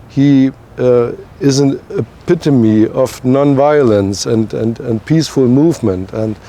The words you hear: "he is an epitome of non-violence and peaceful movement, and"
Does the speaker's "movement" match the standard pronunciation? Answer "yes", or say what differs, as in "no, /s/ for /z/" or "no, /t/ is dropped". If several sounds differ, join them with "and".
yes